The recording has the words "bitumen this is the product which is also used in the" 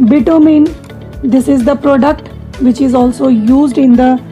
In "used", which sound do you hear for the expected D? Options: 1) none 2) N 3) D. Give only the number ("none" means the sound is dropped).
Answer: 3